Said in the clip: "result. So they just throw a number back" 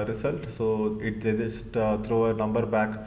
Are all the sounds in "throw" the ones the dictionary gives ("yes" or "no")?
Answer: no